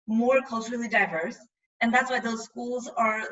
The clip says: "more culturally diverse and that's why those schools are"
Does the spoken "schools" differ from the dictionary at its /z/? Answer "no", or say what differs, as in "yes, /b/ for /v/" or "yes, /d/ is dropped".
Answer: no